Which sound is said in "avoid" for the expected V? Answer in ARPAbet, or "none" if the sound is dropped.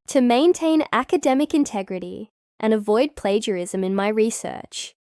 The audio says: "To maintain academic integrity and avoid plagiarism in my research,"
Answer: V